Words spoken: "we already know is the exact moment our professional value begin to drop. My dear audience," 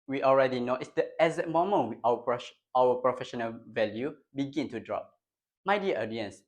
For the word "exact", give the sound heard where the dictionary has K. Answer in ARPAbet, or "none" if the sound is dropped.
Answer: none